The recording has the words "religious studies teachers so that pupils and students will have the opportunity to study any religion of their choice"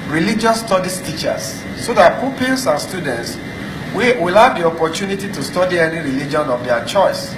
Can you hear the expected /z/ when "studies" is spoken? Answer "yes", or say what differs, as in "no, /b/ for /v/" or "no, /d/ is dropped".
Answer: no, /s/ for /z/